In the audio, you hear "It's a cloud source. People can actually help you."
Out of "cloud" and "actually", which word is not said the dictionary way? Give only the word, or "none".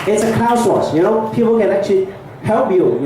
cloud